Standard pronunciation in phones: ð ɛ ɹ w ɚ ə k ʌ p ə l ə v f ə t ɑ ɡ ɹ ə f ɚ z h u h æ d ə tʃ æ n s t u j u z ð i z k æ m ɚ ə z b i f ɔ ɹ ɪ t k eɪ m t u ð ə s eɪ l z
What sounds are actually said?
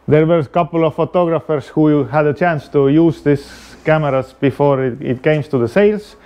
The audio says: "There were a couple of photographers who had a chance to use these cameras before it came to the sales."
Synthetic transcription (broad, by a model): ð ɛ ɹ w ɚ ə k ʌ p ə l ə v f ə t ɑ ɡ ɹ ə f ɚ s h u h æ d ə tʃ æ n s t u j u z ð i s k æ m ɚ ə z b i f ɔ ɹ ɪ t k eɪ m t u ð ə s eɪ l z